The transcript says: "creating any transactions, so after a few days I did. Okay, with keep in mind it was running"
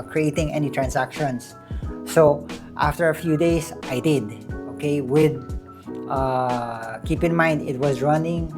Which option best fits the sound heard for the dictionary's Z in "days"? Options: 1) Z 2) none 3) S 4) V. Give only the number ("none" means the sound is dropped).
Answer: 3